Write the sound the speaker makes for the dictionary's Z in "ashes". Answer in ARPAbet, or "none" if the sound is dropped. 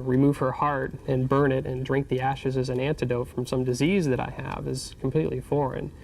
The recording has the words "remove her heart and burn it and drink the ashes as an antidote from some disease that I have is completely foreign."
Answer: Z